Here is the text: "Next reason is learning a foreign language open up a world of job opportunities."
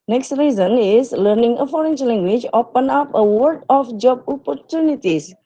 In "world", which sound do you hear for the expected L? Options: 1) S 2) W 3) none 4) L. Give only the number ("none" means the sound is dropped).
3